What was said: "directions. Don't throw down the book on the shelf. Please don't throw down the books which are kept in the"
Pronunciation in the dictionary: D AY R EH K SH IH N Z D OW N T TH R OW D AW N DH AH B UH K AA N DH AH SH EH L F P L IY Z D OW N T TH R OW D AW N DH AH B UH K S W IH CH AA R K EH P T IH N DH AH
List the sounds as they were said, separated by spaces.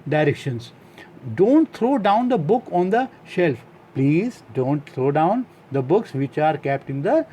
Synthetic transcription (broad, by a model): D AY R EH K SH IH N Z D OW N T T R OW D AW N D AH B UH K AA N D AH SH EH L F P L IY Z D OW N T T R OW D AW N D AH B UH K S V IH CH AA R K EH P T IH N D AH